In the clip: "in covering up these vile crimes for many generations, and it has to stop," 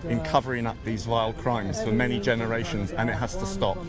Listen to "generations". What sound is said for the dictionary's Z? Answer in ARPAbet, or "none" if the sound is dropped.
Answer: Z